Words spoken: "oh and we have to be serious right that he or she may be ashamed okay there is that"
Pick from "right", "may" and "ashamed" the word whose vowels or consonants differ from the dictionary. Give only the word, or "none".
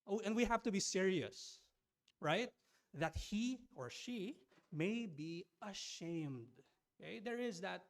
none